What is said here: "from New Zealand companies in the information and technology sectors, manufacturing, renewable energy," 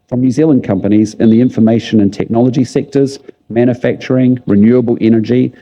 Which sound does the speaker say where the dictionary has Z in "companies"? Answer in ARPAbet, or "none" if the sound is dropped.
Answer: Z